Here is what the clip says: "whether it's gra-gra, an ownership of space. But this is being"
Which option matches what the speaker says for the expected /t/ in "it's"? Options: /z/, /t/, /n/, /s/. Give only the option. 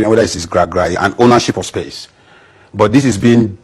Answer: /s/